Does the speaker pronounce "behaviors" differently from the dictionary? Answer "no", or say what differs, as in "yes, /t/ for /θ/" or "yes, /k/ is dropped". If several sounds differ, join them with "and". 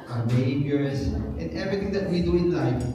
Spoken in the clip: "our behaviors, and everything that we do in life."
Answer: yes, /s/ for /z/